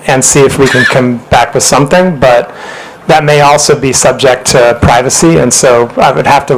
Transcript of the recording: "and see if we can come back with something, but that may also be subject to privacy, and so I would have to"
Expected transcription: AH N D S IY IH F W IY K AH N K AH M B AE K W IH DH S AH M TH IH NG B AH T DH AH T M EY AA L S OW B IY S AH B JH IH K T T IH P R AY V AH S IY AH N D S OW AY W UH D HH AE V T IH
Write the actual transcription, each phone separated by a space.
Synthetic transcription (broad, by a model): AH N S IY IH F W IY K AH N K AH M B AE K W IH DH S AH M TH IH NG B AH T DH AH T M EY AA L S OW B IY S AH B JH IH K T T IH P R AY V AH S IY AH N S OW AY W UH D HH AE F T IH